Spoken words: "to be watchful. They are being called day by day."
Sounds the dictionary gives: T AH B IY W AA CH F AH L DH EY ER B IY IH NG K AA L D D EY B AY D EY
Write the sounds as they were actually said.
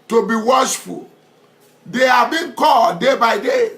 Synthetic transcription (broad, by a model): T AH B IY W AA SH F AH L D EY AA B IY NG K AA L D D EY B AY D EY